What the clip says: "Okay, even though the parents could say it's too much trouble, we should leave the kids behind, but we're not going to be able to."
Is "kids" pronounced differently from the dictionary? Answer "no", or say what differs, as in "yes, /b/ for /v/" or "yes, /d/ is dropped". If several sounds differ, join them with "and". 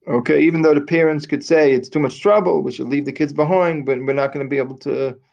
no